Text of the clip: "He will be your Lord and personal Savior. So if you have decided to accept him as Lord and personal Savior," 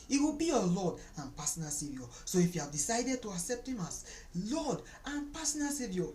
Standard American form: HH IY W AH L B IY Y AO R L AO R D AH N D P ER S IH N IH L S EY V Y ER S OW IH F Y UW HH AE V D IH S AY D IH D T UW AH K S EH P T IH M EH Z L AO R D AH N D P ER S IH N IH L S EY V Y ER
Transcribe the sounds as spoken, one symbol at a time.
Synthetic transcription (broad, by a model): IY W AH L B IY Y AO L AO D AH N P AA S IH N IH S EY V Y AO S OW IH F Y UW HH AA V D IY S AY D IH D T UW AH K S EH P T IH M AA S L AO D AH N P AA S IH N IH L S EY V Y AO